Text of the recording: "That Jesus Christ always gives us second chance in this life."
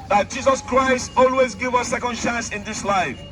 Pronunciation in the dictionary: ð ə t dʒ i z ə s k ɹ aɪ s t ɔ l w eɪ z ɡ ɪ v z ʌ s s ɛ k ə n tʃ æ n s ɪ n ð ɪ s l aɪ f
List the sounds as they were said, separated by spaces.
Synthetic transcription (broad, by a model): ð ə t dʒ i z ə s k ɹ aɪ s t ɔ l w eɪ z ɡ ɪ v ʌ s s ɛ k ə n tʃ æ n s ɪ n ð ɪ s l aɪ f